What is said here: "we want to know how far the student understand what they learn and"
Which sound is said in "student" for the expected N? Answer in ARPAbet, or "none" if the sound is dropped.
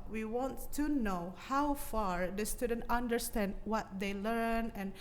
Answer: N